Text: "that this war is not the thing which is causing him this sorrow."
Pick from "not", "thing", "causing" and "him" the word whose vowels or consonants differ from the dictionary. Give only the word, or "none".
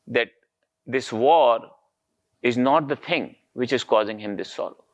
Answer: thing